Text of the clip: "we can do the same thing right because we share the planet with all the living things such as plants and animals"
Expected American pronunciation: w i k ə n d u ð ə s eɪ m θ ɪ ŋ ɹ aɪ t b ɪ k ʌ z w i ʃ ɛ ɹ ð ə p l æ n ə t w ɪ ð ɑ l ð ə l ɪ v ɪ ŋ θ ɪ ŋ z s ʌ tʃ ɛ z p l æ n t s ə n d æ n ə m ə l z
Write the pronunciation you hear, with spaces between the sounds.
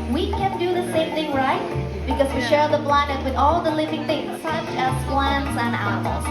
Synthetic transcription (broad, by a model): w i k ə n d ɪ ð ə s eɪ m θ ɪ ŋ ɹ aɪ t b ɪ k ʌ z w i ʃ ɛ ɹ ð ə b l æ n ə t w ɪ ð ɑ l ð ə l ɪ v ɪ ŋ θ ɪ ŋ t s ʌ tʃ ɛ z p l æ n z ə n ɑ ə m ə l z